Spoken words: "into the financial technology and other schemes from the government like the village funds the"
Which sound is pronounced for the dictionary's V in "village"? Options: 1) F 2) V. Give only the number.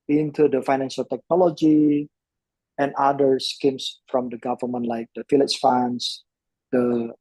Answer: 1